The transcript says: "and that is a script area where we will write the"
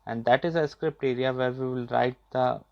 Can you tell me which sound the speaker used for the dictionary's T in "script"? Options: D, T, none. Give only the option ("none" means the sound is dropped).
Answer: T